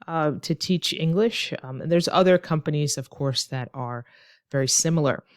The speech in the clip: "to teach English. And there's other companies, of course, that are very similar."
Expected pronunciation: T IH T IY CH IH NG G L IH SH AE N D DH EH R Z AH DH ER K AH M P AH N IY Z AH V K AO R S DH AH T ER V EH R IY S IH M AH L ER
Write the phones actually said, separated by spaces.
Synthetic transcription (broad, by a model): T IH T IY CH IH NG G L IH SH N DH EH R Z AH DH ER K AH M P AH N IY Z AH V K AO R S DH AH T ER V EH R IY S IH M L ER